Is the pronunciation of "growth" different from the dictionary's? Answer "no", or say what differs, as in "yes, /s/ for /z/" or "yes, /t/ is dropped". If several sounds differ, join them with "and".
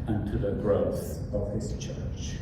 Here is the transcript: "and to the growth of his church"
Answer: no